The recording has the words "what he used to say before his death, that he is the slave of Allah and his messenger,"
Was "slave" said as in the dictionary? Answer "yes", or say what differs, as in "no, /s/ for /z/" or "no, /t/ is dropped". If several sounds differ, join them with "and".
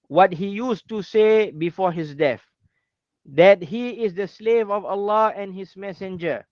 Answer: yes